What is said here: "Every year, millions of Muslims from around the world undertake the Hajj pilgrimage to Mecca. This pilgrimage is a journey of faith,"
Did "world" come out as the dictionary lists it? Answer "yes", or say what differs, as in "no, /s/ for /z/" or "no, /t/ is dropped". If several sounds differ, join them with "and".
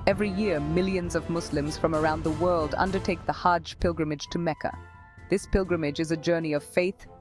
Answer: yes